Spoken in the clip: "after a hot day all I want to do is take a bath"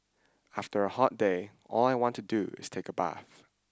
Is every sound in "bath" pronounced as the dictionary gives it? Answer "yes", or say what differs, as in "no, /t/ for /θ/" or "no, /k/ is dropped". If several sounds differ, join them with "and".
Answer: yes